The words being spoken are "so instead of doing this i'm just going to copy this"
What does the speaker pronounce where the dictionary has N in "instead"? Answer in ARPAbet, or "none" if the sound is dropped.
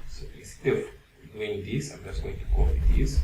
none